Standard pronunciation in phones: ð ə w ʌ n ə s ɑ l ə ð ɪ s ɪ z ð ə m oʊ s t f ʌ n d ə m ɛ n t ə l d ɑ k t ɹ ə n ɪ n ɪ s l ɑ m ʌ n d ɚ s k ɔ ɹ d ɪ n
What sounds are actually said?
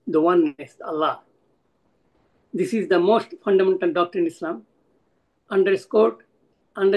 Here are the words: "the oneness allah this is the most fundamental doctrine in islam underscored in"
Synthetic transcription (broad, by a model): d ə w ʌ n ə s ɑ l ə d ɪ s ɪ z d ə m oʊ s t f ʌ n d ə m ɛ n t ə l d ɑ k t ə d ɪ n ɪ s l ɑ m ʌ n d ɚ s k ɔ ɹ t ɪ n